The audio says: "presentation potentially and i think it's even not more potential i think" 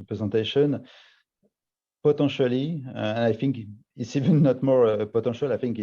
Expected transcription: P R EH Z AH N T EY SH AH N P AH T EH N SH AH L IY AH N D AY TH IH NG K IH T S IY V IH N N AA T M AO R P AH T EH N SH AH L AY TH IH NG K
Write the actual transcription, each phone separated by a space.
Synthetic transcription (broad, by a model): P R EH Z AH T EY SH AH N P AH T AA SH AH L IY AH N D AY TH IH NG K IH T S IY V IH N N AA T M AO R P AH T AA SH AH L AY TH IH NG K